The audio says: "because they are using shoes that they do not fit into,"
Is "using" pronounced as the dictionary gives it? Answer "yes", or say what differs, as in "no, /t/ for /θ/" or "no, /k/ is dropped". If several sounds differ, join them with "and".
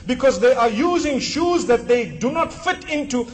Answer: yes